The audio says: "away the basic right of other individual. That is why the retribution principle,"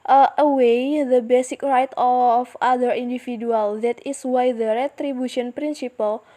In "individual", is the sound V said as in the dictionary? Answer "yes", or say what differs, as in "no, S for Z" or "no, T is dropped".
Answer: no, F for V